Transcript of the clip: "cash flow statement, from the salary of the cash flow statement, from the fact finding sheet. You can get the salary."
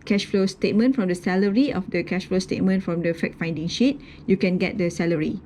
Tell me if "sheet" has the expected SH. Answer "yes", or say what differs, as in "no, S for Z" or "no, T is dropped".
yes